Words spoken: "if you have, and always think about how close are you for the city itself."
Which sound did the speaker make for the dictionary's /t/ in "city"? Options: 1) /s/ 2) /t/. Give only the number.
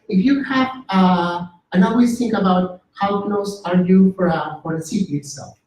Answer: 1